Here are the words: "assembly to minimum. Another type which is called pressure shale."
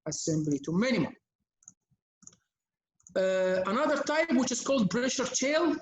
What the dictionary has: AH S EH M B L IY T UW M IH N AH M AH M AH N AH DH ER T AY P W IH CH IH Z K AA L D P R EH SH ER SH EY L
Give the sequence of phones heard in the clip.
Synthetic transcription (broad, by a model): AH S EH M B L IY T UW M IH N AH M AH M AH N AH DH ER T AY P W IH CH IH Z K AA L D B R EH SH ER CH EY L